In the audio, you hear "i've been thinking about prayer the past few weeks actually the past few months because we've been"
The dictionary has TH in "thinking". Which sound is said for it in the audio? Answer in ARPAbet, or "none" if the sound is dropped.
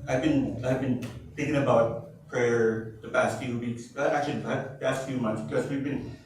TH